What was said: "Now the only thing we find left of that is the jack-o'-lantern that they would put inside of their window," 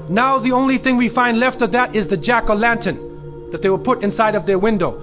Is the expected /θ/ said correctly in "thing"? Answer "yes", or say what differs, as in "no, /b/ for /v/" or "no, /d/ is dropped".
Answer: yes